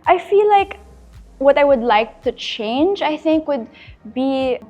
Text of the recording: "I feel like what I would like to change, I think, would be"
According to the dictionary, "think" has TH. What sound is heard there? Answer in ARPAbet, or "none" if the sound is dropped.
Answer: TH